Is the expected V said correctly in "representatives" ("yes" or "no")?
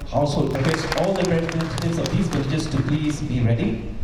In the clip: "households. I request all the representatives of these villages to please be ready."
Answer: no